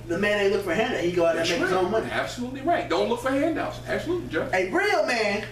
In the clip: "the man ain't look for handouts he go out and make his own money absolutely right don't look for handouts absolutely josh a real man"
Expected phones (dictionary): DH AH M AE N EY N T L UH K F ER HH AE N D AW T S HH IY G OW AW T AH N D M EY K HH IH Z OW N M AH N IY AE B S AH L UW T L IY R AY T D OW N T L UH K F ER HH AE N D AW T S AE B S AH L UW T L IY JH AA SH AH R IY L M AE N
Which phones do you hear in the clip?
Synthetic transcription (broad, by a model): DH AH M AE N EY L UH K F ER HH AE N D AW HH IY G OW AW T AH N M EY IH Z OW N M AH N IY AE B S AH L UW T L IY R AY T D OW N T L UH K F ER HH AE N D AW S AE B S AH L UW T L IY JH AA AH R IY L M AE N